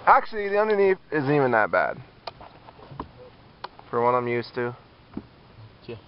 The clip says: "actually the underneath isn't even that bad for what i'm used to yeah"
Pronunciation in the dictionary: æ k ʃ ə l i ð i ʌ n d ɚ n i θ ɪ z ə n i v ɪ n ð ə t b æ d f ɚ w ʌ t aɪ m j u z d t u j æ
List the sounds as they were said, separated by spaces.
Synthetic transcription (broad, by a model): æ k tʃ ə l i ð i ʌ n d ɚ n i f ɪ z i v ɪ n ð ə t b æ d f ɚ w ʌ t aɪ m j u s t u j